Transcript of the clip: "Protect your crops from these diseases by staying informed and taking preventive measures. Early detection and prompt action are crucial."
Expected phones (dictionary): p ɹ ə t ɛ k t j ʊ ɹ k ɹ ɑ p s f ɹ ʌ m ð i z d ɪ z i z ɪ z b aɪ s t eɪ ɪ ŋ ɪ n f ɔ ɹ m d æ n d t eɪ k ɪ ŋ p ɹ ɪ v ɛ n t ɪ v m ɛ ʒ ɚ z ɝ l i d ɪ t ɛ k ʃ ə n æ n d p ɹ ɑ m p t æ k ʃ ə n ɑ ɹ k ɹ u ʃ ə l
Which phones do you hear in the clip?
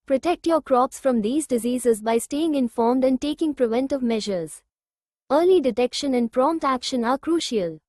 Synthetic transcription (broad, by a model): p ɹ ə t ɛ k t j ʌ ɹ k ɹ ɑ p s f ɹ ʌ m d i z d ɪ z i z ɪ z b aɪ s t eɪ ɪ ŋ ɪ n f ɔ ɹ m d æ n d t eɪ k ɪ ŋ p ɹ ɪ v ɛ n t ɪ v m ɛ ʒ ɚ z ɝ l i d ɪ t ɛ k ʃ ə n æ n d p ɹ ɑ m p t æ k ʃ ə n ɑ ɹ k ɹ u ʃ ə l